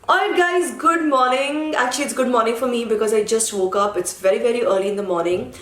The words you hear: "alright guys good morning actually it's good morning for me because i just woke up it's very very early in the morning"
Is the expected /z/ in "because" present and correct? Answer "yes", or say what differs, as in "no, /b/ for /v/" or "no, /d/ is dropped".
yes